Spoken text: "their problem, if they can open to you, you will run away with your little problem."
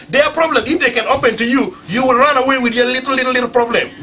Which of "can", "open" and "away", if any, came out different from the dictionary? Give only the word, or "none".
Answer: none